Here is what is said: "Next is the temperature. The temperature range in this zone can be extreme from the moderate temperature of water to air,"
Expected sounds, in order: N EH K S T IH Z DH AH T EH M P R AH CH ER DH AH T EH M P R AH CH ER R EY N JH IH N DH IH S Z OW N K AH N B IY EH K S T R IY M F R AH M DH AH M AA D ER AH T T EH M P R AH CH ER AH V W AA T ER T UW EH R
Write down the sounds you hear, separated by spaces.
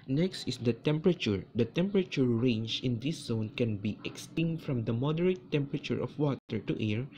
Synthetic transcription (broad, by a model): N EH K S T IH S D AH T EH M P R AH CH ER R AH T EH M P R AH CH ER R EY N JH IH N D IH S Z OW N K AH N B IY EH K S T IY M F R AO M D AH M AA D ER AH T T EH M P R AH CH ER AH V W AA T ER T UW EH R